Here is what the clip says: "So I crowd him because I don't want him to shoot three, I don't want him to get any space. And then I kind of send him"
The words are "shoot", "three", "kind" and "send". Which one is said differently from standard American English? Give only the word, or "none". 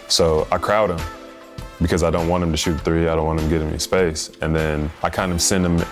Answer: none